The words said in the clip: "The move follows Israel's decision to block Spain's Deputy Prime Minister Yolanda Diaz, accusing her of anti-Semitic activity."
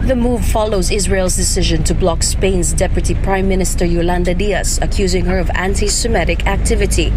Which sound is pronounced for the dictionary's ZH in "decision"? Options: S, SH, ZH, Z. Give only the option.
ZH